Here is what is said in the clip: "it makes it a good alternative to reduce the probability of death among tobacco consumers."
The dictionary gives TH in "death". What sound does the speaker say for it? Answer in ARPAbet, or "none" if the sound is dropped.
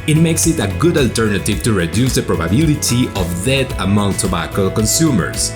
T